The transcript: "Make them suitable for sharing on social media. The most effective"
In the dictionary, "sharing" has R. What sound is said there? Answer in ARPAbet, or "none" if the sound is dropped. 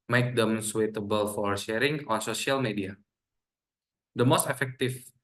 R